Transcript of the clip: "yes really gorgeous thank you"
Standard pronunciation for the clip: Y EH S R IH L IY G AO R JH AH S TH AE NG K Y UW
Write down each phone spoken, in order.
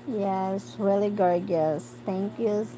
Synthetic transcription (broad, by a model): Y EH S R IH L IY G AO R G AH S T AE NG K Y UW